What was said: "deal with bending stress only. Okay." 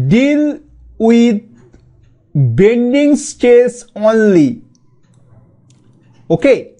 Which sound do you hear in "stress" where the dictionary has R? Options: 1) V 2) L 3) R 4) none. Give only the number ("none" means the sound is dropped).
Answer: 4